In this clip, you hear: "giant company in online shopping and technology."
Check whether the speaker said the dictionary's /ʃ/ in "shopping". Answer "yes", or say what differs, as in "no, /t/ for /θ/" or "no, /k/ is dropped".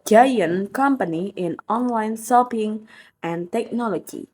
no, /s/ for /ʃ/